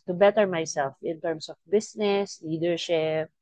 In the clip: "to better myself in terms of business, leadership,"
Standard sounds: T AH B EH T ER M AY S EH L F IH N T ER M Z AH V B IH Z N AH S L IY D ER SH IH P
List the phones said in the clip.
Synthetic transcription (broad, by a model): T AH B EH T ER M AY S EH L F IH N T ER M S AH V B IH S N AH S L IY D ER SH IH P